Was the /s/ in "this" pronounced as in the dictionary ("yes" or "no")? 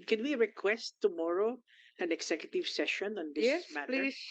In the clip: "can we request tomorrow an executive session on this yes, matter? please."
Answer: no